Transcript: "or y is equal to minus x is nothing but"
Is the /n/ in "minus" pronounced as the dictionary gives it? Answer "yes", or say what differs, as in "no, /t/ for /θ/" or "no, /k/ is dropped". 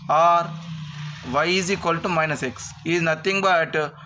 yes